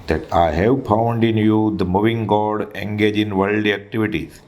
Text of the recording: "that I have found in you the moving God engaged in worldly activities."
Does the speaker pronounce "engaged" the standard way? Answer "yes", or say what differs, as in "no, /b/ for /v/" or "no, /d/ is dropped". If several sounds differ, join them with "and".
no, /d/ is dropped